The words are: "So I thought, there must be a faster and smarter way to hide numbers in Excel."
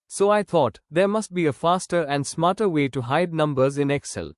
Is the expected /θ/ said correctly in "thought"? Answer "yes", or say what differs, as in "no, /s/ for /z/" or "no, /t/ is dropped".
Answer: no, /t/ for /θ/